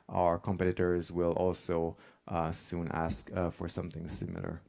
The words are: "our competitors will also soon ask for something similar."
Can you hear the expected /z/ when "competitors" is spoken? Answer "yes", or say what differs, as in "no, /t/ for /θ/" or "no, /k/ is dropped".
yes